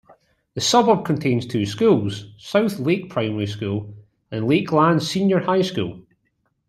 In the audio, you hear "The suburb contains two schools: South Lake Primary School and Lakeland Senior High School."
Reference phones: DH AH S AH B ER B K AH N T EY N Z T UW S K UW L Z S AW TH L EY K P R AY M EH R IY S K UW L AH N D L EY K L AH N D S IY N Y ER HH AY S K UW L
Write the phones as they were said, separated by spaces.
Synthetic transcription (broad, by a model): DH AH S AH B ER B K AH N T EY N Z T UW S K UW L Z S AW TH L EY K P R AY M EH R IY S K UW L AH N L EY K L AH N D S IY N Y ER HH AY S K UW L